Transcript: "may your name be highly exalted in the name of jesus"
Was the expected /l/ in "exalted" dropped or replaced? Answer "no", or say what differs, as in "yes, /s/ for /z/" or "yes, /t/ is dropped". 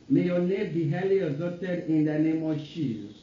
yes, /l/ is dropped